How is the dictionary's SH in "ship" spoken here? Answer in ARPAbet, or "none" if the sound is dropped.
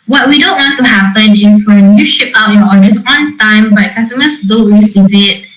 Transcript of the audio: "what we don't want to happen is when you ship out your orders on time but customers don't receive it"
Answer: SH